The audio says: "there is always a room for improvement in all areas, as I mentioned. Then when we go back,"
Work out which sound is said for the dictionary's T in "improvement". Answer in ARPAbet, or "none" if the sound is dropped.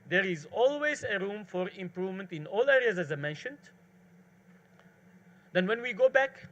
T